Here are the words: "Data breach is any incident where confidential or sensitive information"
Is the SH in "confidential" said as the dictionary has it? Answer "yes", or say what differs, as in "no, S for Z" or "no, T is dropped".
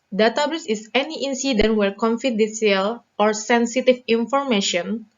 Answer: no, S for SH